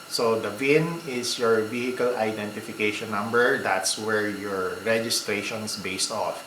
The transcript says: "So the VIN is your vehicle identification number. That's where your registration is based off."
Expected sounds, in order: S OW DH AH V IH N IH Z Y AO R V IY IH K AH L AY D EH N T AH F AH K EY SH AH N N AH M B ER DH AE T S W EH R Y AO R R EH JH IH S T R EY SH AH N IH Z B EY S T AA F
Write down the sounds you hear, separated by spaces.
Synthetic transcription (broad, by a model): S OW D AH V IH N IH S Y AO R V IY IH K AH L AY D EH N T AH F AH K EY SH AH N N AH M B ER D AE T S W EH R Y AO R R EH JH IH S T R EY SH AH N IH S B EY S T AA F